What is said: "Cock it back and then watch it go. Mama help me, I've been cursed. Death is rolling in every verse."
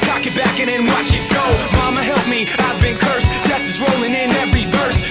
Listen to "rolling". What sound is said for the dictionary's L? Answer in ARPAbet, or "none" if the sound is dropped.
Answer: L